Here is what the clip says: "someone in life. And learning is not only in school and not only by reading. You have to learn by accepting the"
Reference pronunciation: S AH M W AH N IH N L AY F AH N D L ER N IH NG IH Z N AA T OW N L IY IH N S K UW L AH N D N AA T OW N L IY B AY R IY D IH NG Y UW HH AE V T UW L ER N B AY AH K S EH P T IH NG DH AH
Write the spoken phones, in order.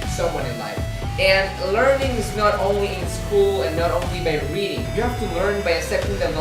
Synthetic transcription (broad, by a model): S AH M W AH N IH N L AY F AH N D L ER N IH NG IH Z N AA T OW N L IY IH N S K UW L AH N N AA T OW N L IY B AY R IY D IH NG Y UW HH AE F T UW L ER N B AY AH S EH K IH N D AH